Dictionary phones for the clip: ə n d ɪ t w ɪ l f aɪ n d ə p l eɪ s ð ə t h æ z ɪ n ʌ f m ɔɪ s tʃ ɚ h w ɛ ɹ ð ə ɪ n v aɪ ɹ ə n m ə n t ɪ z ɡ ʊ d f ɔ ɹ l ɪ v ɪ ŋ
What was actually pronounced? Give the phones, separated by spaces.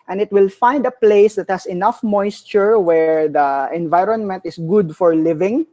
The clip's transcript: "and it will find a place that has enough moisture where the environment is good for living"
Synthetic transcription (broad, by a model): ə n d ɪ t w ɪ l f aɪ n d ə p l eɪ s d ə t h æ s ɪ n ʌ f m ɔɪ s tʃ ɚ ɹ w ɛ ɹ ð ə ɪ n v aɪ ɹ ə n m ə n t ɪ s ɡ ʊ d f ɔ ɹ l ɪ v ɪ ŋ